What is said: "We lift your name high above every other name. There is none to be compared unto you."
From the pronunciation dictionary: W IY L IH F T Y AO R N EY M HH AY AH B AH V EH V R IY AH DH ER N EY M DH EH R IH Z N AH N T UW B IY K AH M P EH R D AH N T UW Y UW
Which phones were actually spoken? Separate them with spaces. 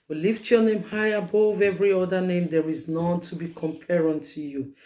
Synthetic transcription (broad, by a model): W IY L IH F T Y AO N EY M HH AY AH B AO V EH V R IY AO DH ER N EY M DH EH R IH Z N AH N T UW B IY K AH M P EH R AH N T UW Y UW